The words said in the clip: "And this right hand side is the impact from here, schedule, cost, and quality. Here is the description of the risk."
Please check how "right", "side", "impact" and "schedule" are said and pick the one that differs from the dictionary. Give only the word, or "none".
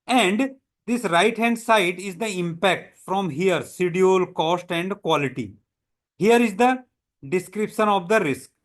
schedule